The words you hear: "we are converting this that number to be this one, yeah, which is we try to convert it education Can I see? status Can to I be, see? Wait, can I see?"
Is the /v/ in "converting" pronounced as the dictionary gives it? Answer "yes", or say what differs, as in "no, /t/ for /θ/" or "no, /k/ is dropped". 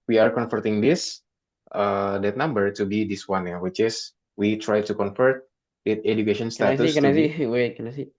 no, /f/ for /v/